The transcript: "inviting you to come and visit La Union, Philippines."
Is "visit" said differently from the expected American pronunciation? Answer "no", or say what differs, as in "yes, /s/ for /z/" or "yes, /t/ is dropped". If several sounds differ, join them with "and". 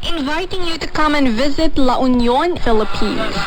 no